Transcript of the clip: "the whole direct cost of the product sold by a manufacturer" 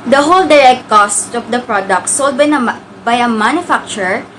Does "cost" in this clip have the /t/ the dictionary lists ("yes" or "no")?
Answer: yes